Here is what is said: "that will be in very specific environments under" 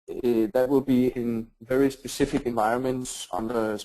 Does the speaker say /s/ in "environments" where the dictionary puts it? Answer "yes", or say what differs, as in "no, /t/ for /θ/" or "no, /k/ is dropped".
yes